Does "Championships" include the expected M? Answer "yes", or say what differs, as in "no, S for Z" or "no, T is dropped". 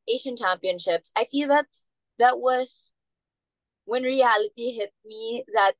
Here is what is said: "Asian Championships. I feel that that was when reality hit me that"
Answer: yes